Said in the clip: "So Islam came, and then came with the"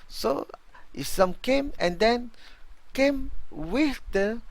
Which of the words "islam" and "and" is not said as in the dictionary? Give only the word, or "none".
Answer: islam